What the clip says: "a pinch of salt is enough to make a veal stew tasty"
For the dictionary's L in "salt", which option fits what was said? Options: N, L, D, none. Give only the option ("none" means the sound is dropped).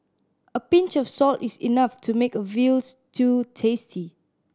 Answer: L